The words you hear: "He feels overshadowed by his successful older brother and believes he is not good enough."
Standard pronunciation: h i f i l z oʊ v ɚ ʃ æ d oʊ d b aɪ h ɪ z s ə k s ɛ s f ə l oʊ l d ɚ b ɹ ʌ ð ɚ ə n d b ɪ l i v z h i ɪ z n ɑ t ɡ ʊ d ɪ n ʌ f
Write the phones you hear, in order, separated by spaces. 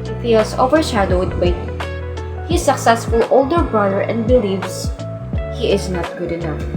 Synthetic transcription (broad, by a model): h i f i l s oʊ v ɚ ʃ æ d oʊ d b aɪ h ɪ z s ə k s ɛ s f ə l oʊ l d ɚ b ɹ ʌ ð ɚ ə n d b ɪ l i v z h i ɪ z n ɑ t ɡ ʊ d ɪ n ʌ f